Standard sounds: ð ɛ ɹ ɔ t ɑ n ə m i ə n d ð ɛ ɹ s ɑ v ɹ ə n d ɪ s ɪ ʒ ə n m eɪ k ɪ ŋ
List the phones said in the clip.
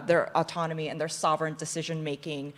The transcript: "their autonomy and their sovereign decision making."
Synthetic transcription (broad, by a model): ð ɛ ɹ ɔ t ɑ n ə m i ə n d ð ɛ ɹ s ɑ v ɹ ə n d ɪ s ɪ ʒ ə n m eɪ k ɪ ŋ